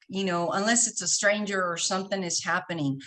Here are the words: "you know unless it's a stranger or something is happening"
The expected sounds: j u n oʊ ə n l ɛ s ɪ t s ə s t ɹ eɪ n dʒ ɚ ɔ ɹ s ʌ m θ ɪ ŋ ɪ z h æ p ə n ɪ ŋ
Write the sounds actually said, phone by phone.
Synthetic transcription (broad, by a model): j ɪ n oʊ ə n l ɛ s ɪ t s ə s t ɹ eɪ n dʒ ɚ ɹ s ʌ m θ ɪ ŋ ɪ z h æ p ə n ɪ ŋ